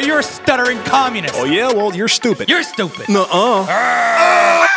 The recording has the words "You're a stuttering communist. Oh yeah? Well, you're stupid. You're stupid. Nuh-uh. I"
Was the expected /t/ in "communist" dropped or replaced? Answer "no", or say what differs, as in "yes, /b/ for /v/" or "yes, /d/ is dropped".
yes, /t/ is dropped